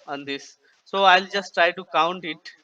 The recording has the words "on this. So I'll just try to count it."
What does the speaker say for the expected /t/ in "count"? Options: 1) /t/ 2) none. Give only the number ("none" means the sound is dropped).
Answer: 1